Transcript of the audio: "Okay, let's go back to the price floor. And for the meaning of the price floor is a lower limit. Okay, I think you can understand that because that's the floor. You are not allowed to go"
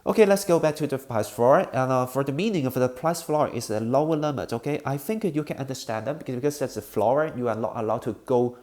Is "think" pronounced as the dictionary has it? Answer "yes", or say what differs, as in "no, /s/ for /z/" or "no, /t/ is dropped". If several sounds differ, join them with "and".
yes